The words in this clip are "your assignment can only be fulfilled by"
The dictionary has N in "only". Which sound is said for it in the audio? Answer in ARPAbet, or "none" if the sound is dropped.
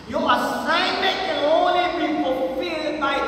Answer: none